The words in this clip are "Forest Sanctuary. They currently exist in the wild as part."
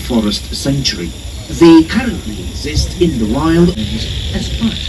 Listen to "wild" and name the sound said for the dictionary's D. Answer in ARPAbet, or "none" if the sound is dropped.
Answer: D